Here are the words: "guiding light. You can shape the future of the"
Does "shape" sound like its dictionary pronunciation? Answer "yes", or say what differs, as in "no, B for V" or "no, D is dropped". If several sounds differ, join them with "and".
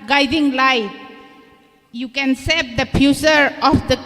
no, S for SH